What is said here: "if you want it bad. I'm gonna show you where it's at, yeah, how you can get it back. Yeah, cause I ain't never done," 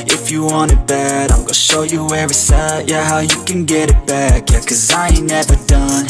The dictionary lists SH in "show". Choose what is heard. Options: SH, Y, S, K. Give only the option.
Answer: SH